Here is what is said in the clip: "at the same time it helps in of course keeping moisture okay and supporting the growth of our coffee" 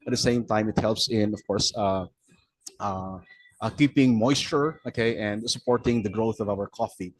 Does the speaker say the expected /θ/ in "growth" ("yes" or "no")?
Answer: yes